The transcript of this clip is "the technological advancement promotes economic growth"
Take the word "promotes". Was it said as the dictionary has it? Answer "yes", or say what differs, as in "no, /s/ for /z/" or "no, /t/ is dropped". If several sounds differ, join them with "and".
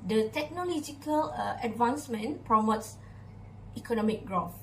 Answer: yes